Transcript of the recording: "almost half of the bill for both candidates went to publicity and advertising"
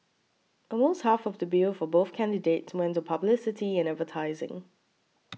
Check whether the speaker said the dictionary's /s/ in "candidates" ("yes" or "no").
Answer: yes